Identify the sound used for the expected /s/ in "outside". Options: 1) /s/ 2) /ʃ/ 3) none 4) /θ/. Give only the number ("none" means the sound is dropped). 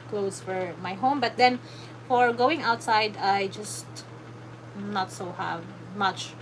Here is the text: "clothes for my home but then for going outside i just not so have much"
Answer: 1